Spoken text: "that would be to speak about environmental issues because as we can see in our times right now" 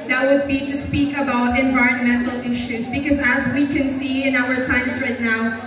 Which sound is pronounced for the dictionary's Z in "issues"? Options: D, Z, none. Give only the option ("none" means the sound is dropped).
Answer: Z